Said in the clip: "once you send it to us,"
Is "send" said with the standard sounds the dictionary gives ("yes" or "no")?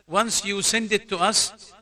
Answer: yes